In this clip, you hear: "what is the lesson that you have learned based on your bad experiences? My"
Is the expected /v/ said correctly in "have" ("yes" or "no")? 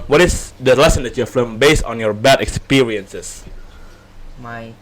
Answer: no